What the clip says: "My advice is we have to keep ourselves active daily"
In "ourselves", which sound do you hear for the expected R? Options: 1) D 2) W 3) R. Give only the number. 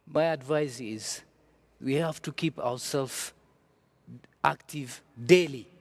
2